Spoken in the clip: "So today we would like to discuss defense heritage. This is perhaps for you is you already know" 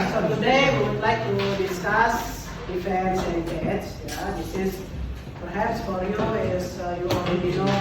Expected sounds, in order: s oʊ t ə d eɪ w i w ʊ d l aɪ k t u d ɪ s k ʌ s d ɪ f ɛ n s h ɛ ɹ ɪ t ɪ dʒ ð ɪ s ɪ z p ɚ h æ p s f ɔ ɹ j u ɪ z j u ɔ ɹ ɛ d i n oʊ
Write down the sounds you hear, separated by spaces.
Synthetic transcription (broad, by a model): s oʊ t ə d eɪ w i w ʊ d l aɪ k t u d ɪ s k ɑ s d ɪ f ɛ n s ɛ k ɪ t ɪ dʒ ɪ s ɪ s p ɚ h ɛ p s f ɔ ɹ j u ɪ s j u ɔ ɛ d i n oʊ